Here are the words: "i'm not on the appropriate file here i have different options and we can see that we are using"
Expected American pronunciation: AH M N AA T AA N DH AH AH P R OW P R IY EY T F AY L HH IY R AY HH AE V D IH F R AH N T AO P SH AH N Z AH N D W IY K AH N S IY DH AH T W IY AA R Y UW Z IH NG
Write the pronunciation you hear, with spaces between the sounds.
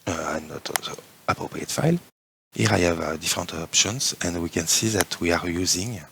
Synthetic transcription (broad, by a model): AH N AA T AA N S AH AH P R OW P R IY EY T F AY L HH IY R AY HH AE V D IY F R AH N T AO P SH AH N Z AH N D W IY K AH N S IY DH AH T W IY AA R Y UW Z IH NG